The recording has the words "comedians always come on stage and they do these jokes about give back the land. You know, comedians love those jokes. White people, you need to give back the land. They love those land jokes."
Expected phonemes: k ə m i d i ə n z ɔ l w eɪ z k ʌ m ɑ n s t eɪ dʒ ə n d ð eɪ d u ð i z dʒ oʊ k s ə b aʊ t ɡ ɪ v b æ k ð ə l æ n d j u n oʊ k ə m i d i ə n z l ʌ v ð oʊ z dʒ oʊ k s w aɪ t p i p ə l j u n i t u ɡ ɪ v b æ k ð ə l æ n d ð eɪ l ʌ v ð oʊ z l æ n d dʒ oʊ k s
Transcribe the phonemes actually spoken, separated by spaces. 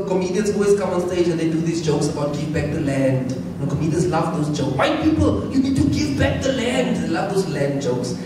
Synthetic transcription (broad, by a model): k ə m i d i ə n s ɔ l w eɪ s k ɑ m ɑ n s t eɪ dʒ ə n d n d u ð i s dʒ oʊ k s ə b aʊ t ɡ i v b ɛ k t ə l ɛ n d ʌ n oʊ k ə m i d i ə n s l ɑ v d oʊ s dʒ oʊ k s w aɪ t p i p ə l j u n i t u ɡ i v b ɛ k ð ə l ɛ n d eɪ l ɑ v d oʊ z l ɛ n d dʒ oʊ k s